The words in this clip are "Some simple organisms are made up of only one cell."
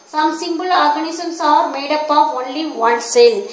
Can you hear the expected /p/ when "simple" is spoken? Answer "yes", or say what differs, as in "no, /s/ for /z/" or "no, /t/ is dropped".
no, /b/ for /p/